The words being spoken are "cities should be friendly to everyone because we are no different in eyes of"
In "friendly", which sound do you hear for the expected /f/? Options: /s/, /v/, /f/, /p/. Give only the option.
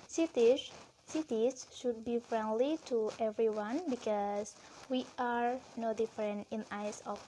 /f/